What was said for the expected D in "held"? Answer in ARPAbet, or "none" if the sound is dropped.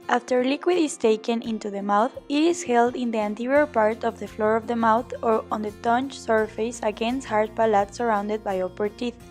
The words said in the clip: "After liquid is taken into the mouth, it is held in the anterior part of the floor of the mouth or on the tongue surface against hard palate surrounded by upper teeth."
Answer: D